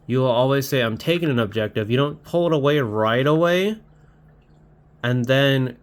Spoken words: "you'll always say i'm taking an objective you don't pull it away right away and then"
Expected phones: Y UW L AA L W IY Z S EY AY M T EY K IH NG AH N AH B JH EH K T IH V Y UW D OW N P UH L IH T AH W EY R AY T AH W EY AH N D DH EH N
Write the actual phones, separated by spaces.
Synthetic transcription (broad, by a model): Y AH L AA L W IY Z S EY AY M T EY K IH NG AH N AH B JH EH K T IH V Y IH D OW N P UH L IH T AH W EY R AY T AH W EY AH N DH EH N